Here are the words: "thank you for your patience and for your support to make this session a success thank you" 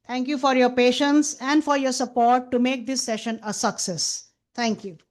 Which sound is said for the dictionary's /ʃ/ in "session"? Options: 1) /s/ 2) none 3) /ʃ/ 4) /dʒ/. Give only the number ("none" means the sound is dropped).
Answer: 3